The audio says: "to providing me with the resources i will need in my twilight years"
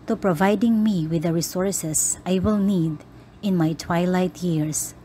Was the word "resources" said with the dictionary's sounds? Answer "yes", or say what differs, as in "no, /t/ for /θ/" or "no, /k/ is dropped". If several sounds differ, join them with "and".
no, /s/ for /z/